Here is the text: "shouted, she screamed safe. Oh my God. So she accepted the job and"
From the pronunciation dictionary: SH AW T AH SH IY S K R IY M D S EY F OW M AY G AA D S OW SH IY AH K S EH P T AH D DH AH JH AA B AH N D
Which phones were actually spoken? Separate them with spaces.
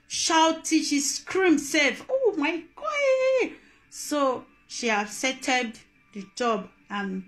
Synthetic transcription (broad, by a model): SH AW T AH SH IY S K R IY M S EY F OW M AY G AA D S OW SH IY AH S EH T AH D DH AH JH AA B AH N